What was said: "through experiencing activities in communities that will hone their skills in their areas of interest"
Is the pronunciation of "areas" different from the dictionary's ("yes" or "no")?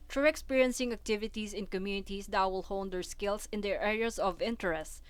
yes